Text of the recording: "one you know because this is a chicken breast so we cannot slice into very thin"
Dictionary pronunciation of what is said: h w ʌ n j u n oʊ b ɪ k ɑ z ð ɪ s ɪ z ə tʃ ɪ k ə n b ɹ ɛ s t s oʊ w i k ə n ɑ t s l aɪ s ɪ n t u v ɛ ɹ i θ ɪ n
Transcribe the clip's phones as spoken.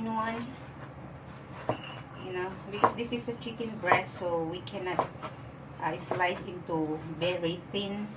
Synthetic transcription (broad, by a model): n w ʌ n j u n oʊ b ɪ k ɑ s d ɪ s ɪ s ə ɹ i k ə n b ɹ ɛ t s oʊ w i k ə n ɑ t s l aɪ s ɪ n t u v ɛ ɹ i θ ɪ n